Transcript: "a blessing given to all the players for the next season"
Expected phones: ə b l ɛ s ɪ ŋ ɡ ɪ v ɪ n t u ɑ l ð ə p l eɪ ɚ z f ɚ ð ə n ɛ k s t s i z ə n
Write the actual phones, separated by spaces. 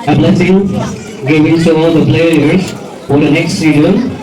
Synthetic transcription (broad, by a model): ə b l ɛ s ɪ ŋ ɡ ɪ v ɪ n s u ɑ l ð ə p l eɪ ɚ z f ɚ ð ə n ɛ k s t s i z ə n